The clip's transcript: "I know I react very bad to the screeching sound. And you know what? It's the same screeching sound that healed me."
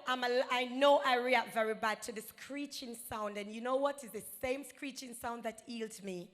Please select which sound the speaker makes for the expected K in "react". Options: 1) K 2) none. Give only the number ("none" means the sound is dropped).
2